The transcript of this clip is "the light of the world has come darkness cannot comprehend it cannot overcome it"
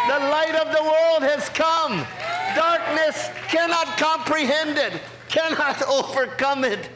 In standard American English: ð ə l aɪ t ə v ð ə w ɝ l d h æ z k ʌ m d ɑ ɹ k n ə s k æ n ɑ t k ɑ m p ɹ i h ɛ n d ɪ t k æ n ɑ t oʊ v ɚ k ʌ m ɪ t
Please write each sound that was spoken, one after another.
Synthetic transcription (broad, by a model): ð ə l aɪ t ə v ð ə w ɝ l d h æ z k ʌ m d ɑ ɹ k n ə s k æ n ɑ t k ɑ m p ɹ i h ɛ n d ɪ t k æ n ɑ t oʊ v ɚ k ʌ m ɪ t